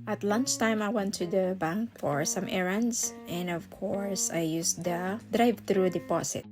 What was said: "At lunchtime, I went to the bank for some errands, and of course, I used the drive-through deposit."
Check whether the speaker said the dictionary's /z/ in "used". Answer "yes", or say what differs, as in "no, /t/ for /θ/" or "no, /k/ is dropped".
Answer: no, /s/ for /z/